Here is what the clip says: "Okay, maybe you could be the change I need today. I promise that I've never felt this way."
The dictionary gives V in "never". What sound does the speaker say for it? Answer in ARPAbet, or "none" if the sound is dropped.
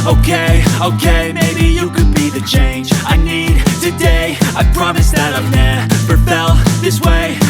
P